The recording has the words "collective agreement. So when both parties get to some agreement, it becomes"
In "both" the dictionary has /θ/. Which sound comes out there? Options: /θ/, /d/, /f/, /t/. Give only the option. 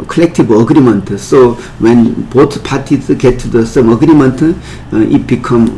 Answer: /t/